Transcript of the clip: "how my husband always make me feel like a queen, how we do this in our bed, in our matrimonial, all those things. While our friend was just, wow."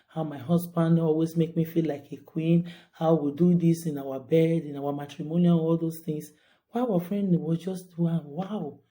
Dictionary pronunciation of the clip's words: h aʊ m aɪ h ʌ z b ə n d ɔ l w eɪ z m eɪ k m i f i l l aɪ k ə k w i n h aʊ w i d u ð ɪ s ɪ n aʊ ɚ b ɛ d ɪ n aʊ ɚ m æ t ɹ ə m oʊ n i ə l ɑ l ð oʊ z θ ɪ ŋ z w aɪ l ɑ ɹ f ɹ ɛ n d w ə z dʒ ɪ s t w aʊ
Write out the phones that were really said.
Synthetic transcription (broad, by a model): h aʊ m aɪ h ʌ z b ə n d ɔ l w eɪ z m eɪ k m i f i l l aɪ k ə k w i n h aʊ w i d u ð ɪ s ɪ n aʊ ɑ b ɛ d ɪ n aʊ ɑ m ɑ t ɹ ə m oʊ n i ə n ɑ l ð oʊ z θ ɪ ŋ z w aɪ w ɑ f ɹ ɛ n d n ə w dʒ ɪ s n w aʊ